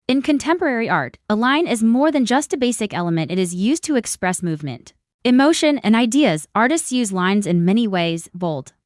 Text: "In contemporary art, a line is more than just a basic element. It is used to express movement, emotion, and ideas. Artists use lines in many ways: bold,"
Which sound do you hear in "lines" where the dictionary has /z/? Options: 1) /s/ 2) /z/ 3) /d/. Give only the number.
2